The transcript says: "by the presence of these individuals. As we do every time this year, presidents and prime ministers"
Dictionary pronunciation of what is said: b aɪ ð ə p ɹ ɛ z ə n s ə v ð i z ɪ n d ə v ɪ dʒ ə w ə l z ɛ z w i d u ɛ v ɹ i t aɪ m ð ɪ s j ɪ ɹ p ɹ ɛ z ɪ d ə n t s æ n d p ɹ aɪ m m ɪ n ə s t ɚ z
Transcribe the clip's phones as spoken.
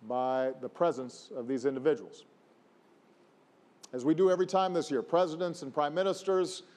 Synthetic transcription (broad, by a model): b aɪ ð ə p ɹ ɛ z ə n s ə v ð i z ɪ n d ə v ɪ dʒ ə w l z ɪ z w i d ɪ ɛ v ɹ i t aɪ m ð ɪ s j ɪ ɹ p ɹ ɛ z ɪ d ə n t s n p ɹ aɪ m m ɪ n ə s t ɚ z